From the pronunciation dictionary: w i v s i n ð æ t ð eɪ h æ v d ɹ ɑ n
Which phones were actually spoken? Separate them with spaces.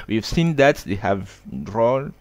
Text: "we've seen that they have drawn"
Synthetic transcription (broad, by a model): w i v s i n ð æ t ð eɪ h æ v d ɹ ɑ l